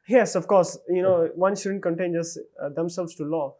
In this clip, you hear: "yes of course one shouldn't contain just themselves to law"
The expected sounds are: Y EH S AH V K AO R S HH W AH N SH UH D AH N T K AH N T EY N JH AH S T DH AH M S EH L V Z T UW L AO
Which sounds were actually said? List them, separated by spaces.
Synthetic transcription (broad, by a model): Y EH S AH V K AO R S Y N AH N SH UH D AH N T K AH N T EY N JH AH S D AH M S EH L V S T UW L AO